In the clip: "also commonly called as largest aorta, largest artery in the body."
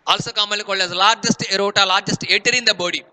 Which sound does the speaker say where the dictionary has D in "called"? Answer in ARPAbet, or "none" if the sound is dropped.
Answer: none